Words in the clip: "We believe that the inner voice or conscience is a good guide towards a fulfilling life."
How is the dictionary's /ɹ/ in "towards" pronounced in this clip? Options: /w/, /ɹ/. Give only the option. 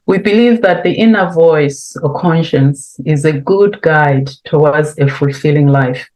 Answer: /w/